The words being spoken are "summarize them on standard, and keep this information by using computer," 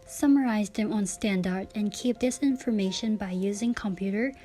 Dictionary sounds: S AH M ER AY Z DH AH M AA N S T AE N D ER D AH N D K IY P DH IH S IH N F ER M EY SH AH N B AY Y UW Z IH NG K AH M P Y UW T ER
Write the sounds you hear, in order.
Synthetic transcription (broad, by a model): S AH M ER AY Z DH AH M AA N S T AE N D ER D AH N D K IY P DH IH S IH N F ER M EY SH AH N B AY Y UW Z IH NG K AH M P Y UW T ER